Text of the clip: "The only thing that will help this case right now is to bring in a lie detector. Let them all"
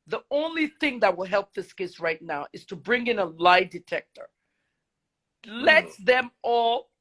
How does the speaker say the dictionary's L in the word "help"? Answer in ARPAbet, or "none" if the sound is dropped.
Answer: L